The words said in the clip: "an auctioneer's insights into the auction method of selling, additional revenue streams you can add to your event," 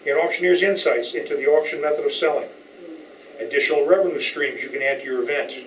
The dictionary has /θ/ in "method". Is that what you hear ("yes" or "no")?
yes